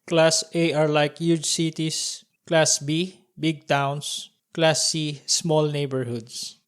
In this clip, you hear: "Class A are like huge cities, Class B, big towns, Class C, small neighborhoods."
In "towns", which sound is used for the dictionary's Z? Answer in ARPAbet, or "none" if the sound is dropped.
S